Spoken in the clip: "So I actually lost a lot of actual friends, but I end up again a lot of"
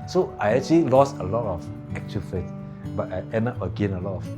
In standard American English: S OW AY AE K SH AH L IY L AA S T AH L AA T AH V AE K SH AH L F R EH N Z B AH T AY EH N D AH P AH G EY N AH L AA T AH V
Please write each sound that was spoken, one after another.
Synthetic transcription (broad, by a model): S OW AY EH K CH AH L IY L AA S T AH L AA T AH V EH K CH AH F EH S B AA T AY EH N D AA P AH G EY N AH L AA T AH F